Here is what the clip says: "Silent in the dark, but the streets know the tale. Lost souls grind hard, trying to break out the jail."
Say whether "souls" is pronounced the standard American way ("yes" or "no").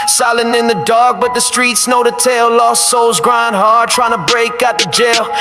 yes